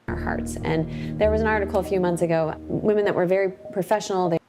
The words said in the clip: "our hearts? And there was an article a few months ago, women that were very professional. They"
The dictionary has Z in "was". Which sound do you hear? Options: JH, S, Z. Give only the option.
Z